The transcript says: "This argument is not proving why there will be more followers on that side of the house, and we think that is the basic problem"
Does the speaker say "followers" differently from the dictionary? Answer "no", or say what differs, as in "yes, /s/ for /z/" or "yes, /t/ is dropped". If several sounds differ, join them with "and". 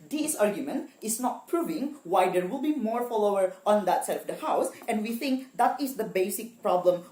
yes, /z/ is dropped